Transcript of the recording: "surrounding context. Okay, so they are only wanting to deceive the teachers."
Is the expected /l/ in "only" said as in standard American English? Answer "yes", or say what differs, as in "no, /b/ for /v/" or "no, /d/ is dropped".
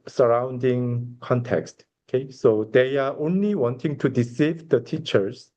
yes